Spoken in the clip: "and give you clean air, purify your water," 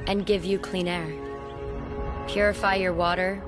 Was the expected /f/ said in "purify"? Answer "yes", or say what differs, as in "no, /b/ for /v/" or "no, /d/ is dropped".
yes